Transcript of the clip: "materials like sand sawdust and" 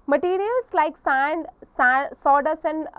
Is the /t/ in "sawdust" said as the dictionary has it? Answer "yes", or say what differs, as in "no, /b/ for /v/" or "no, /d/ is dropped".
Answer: no, /t/ is dropped